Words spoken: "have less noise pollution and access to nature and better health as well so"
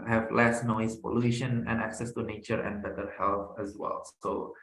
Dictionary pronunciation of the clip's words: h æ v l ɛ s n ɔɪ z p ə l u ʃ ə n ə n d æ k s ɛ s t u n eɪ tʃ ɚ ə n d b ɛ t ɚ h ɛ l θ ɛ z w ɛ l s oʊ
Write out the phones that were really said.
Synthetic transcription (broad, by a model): h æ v l ɛ s n ɔɪ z p ə l u ʃ ə n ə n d æ k s ɛ s t u n eɪ tʃ ɚ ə n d b ɛ t ɚ h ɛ l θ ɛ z w ɛ l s oʊ